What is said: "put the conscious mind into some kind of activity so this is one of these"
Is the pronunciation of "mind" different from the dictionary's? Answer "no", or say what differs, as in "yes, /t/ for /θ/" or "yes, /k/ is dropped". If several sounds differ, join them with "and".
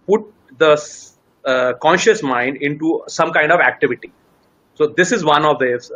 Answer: no